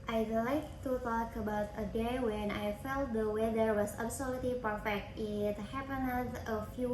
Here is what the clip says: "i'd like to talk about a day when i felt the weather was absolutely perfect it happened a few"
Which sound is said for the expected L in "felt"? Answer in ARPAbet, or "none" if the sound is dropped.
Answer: L